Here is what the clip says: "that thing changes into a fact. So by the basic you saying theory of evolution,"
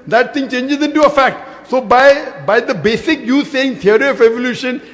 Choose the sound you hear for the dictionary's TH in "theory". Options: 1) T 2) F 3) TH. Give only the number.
1